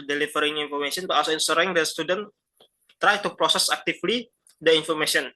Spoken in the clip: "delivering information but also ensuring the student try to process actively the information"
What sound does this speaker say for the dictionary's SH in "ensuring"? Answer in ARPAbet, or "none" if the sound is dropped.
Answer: S